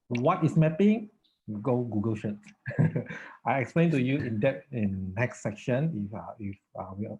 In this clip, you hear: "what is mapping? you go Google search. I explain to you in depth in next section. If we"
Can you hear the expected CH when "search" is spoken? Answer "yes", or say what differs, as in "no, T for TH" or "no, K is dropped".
no, S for CH